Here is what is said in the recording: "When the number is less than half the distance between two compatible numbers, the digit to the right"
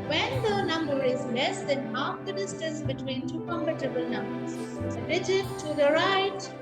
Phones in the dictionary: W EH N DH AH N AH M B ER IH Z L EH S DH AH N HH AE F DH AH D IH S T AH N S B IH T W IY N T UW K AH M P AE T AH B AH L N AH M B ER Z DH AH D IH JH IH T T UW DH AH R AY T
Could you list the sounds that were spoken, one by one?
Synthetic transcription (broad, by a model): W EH N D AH N AH M B ER IH Z L EH S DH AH N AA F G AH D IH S T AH S B IH T W IY N T UW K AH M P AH T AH B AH L N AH M B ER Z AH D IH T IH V T UW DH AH R AY T